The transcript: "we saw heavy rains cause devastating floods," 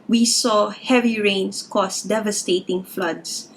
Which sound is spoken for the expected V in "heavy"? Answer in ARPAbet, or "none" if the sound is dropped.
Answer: V